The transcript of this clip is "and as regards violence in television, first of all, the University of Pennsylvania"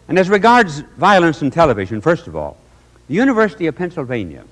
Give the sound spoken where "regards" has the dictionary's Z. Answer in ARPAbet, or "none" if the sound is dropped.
Z